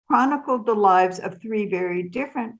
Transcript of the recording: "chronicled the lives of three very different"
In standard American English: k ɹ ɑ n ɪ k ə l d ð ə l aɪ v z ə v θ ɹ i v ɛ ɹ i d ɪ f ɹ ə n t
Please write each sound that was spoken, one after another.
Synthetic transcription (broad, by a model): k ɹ ɑ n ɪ k l d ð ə l aɪ v z ə v θ ɹ i v ɛ ɹ i d ɪ f ɹ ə n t